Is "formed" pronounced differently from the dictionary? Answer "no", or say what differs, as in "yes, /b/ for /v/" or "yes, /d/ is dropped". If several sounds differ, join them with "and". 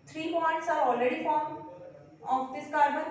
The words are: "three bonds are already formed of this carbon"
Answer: yes, /d/ is dropped